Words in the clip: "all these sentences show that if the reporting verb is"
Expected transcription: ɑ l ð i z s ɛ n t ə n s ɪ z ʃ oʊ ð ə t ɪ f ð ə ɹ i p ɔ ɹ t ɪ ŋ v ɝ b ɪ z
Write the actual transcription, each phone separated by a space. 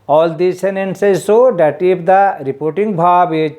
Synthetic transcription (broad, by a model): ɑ l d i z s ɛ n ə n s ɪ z s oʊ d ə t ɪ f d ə ɹ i p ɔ ɹ t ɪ ŋ b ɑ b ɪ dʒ